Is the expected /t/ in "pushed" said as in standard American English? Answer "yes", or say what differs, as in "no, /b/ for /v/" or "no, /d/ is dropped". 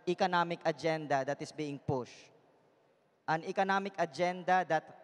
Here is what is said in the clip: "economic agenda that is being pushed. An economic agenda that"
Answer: yes